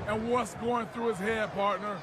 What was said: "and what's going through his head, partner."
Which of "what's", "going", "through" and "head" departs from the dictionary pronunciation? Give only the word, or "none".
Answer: none